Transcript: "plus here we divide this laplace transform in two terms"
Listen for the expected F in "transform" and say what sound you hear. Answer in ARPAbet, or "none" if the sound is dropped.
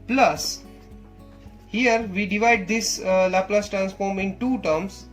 F